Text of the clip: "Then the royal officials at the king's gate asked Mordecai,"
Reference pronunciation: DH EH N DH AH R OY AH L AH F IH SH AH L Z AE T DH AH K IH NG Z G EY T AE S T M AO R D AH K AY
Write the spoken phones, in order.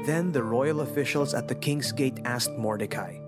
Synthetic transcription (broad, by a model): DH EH N DH AH R OY AH L AH F IH SH AH L Z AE T DH AH K IH NG Z G EY T AE S T M AO R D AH K AY